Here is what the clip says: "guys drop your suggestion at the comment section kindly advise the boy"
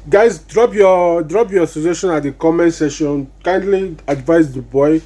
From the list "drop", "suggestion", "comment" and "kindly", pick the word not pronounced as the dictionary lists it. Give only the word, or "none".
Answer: suggestion